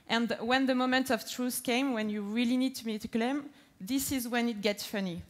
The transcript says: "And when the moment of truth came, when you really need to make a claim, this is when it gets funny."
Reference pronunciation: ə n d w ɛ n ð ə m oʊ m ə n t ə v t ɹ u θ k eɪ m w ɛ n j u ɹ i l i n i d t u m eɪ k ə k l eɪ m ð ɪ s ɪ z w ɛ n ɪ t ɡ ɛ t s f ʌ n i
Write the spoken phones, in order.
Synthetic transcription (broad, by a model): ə n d w ɛ n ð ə m oʊ m ə n t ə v t ɹ u θ k eɪ m w ɛ n j u ɹ i l i n i d t u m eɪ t ə k l eɪ m ð ɪ s ɪ z w ɛ n ɪ t ɡ ɛ t s f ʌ n i